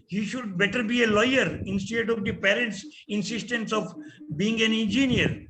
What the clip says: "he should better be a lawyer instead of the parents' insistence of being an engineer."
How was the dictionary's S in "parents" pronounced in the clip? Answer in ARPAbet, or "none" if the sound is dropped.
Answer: S